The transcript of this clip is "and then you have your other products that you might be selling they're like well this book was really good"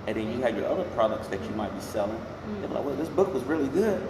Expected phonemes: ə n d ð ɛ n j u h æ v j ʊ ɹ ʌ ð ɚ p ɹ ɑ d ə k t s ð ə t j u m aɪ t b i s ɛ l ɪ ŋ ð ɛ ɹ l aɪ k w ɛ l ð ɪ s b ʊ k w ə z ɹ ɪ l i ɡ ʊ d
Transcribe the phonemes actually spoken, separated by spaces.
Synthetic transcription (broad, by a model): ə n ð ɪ n j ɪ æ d j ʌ ɹ ʌ ð ɚ p ɹ ɑ d ə k t s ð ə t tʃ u m aɪ t b i s ɛ l ɪ ŋ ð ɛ w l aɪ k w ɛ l ð ɪ s b ʊ k w ə z ɹ ɪ l i ɡ ʊ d